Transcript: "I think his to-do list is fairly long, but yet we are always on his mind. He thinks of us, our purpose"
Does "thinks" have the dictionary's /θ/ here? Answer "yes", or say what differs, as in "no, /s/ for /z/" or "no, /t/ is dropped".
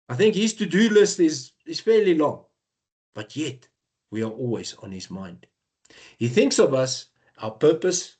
yes